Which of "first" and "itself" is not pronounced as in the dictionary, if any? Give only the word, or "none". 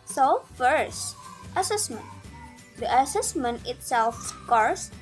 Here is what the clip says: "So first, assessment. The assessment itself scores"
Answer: none